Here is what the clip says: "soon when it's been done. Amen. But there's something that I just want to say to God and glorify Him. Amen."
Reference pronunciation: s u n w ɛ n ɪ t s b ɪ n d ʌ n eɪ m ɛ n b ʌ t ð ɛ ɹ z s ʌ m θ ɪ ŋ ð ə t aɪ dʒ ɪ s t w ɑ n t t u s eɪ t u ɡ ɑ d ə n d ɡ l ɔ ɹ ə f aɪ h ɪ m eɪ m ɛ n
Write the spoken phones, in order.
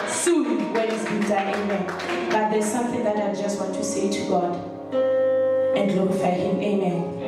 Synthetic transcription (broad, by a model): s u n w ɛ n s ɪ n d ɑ eɪ m ɛ n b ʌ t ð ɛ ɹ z s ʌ m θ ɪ ŋ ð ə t aɪ dʒ ɪ s t w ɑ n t t u s eɪ t u ɡ ɑ d ə n d l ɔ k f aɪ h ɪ m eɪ m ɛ n